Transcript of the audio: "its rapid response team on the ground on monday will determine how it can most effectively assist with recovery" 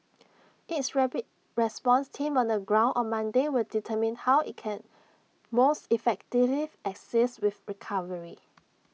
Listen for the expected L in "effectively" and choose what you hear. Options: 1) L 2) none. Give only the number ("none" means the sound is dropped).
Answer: 2